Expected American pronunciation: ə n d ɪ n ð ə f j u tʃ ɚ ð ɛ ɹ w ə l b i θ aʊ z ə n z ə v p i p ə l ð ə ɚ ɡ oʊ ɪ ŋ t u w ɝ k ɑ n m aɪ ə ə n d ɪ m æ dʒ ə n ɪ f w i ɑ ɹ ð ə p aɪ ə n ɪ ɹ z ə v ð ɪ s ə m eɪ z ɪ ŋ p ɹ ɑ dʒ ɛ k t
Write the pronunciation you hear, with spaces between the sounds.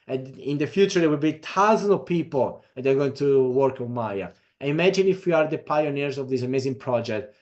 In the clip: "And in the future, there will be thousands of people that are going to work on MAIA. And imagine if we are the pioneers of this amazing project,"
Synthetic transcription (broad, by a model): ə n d ɪ n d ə f j u tʃ ɚ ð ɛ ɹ w ə l b i t aʊ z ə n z ə v p i p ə l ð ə ɚ ɡ oʊ ɪ ŋ t u w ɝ k ɑ n m aɪ ə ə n ɪ m æ dʒ ə n ɪ f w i ɑ ɹ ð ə p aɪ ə n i ɹ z ə v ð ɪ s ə m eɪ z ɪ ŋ p ɹ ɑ dʒ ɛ k t